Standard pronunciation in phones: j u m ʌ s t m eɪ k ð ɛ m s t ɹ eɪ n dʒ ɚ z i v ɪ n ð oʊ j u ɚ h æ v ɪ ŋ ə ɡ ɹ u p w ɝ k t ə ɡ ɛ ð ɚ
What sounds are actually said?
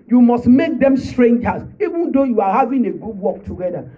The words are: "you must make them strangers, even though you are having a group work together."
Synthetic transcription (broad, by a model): j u m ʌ s t m eɪ k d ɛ m s t ɹ eɪ n dʒ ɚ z i v ɪ n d oʊ j u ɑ h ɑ v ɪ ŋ ə ɡ u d w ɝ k t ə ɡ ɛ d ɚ